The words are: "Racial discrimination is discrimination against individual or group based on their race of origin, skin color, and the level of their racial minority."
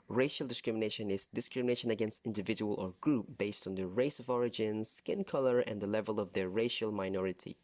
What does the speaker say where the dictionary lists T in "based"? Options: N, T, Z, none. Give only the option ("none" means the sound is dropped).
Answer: T